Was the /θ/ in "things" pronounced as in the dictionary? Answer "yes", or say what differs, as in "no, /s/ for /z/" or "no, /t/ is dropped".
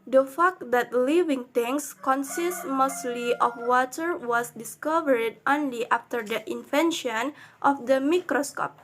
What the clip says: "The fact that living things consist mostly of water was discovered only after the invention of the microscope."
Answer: no, /t/ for /θ/